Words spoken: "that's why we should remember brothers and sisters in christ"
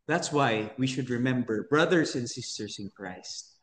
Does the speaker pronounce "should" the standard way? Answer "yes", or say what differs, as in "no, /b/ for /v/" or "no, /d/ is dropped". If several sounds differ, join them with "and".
yes